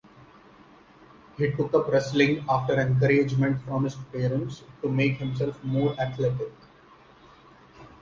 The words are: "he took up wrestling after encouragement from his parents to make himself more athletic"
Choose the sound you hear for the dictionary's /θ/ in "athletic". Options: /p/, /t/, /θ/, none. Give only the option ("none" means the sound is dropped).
/t/